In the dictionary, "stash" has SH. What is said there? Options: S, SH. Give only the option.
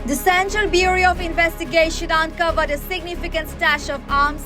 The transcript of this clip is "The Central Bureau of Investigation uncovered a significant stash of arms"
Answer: SH